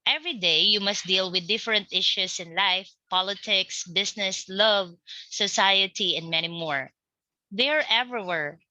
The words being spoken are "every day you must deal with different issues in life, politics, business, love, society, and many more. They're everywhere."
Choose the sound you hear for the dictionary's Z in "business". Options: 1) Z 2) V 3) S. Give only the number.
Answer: 3